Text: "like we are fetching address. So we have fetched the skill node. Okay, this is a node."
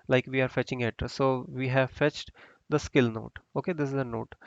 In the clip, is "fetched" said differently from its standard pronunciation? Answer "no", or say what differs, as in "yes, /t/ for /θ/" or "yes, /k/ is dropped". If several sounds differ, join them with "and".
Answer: no